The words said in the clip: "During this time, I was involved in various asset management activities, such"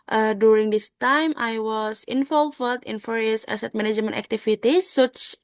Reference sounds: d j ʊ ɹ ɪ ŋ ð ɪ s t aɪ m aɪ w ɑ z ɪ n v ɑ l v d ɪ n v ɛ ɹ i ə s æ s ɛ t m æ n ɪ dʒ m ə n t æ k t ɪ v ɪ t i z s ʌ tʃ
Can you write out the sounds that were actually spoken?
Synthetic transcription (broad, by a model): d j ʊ ɹ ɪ ŋ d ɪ s t aɪ m aɪ w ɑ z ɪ n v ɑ l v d ɪ n f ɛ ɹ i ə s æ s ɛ t m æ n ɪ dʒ m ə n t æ k t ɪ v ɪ t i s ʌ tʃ